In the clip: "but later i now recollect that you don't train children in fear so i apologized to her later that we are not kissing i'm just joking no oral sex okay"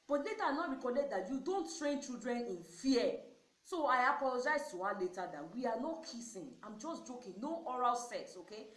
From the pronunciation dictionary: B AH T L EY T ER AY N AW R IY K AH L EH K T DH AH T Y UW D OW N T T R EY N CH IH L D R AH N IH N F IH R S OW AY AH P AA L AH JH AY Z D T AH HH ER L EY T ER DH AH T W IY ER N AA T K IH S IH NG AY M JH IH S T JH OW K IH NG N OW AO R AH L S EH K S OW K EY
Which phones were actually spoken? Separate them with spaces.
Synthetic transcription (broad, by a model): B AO T L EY T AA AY N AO R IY K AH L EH T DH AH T Y UW D OW N T T R EY N CH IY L D R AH N IH N F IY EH S OW AY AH P AA L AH JH AY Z T AH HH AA L EY T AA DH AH T W IY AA N AA T K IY S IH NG AY M JH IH S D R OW K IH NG N OW AO R AH L S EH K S OW K EY